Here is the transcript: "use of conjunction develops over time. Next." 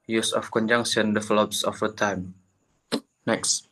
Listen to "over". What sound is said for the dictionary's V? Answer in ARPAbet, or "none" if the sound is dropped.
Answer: F